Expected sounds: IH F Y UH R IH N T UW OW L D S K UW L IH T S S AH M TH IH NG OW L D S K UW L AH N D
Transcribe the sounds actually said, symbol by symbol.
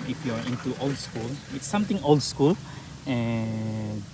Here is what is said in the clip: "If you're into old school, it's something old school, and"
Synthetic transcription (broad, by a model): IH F Y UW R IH N T UW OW L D S K UW L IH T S S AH M T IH NG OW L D S K UW L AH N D